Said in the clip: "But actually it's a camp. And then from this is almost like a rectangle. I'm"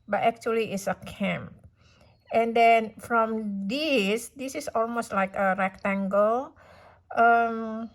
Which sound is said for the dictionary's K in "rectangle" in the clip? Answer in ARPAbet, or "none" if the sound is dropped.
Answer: K